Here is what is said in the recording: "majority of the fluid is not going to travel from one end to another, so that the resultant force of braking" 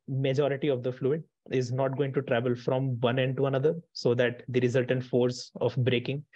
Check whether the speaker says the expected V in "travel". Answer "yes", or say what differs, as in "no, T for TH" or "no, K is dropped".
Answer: yes